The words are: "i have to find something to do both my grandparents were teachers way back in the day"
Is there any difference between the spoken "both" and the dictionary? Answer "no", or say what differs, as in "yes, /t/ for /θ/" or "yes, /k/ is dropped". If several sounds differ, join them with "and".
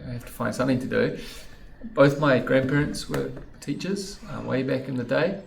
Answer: no